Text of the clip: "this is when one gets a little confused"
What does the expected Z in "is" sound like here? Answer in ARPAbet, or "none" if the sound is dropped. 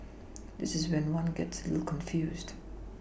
Z